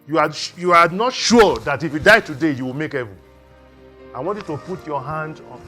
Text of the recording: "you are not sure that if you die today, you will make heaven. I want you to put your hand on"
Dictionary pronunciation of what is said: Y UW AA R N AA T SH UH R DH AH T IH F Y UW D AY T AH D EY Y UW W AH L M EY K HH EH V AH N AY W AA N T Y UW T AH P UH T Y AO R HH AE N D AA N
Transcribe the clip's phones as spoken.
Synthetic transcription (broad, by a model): Y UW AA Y N AA T SH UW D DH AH T IH F Y UW D AY T AH D EY Y UW W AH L M EY K HH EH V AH AY W AA N T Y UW T AH P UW T Y AO HH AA N D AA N